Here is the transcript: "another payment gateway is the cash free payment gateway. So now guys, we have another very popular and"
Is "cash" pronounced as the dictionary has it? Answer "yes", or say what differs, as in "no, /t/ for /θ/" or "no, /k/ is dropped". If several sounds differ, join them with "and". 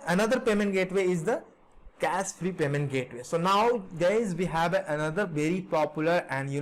no, /s/ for /ʃ/